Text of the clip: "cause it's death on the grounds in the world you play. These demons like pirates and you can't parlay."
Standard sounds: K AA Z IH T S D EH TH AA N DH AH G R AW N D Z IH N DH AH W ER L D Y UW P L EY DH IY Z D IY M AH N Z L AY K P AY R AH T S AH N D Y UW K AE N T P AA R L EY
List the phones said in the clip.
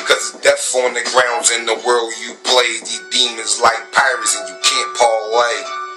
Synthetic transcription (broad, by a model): K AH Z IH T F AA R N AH G R AW N D Z IH N DH AH W ER L D Y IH P L EY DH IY D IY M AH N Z L AY K P AY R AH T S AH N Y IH K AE N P AA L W EY